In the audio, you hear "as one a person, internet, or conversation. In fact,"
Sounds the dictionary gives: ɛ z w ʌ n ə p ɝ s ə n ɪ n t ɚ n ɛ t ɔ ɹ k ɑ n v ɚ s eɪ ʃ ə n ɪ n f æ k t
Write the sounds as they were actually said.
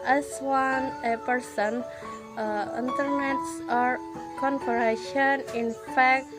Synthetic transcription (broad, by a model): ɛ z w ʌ n ə p ɝ s ə n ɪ n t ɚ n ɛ t ɔ ɹ k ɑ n p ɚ eɪ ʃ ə n ɪ n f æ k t